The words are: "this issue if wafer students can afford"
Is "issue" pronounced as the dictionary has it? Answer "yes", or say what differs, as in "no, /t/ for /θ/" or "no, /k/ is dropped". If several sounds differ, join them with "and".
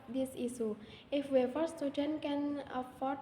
no, /s/ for /ʃ/